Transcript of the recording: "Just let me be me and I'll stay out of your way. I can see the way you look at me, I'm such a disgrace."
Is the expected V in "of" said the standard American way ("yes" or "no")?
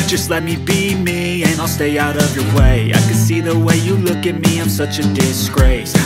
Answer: yes